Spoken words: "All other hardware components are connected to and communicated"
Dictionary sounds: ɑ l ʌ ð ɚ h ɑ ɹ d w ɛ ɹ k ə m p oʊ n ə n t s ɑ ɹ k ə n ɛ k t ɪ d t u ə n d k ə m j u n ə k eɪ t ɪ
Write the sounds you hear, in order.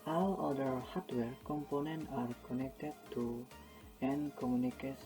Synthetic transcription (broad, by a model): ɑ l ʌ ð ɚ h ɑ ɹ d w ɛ ɹ k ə m p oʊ n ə n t ɑ ɹ k ə n ɛ k t ɪ d t u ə n k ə m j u n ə k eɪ